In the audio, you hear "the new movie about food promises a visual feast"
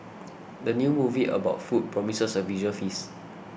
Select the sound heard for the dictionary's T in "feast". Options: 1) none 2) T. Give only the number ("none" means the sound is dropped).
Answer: 1